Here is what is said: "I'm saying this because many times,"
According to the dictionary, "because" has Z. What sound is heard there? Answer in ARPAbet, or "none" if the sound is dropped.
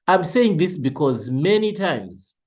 Z